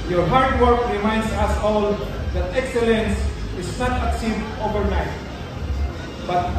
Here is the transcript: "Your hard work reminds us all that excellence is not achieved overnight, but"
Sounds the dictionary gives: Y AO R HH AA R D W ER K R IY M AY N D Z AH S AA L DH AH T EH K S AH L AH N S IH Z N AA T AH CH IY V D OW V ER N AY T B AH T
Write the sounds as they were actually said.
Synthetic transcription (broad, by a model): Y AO R HH AA R D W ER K R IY M AY N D S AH S AA L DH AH T EH K S AH L AH N S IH S N AA T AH S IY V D OW V ER N AY T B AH T